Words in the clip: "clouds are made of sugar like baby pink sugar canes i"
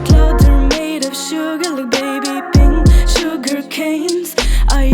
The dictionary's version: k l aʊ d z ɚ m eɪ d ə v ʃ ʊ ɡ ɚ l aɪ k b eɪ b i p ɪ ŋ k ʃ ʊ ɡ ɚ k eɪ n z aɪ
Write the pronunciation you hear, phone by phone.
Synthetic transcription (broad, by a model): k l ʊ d ɚ m eɪ d ə v ʃ ʊ ɡ ɚ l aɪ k b eɪ b i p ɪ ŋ ʃ ʊ ɡ ɚ k eɪ n z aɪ